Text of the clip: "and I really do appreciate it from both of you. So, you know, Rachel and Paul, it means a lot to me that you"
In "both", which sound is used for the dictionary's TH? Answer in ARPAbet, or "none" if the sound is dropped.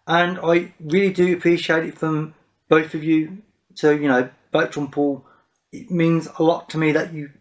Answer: TH